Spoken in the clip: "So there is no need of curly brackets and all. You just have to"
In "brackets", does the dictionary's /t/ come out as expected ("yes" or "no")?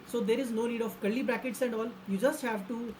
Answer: yes